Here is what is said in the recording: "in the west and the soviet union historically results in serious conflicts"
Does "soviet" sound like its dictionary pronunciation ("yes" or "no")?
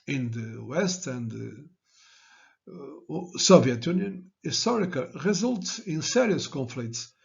yes